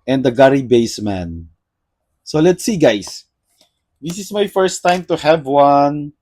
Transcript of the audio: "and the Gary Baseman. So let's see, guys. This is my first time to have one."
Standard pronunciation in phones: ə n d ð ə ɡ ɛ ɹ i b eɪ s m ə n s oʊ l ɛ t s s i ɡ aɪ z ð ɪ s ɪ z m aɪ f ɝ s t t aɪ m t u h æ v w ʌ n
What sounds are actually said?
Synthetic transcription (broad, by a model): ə n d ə ɡ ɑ ɹ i b eɪ s m ə n s oʊ l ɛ t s s i ɡ aɪ s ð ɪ s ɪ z m aɪ f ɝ s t t aɪ m t u h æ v w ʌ n